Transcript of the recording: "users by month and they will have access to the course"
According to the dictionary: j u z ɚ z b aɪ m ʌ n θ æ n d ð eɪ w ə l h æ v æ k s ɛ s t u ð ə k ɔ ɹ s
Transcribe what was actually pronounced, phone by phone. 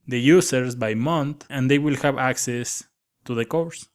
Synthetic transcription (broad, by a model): j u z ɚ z b aɪ m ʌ n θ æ n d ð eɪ w ə l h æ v æ k s ɛ s t u ð ə k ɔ ɹ s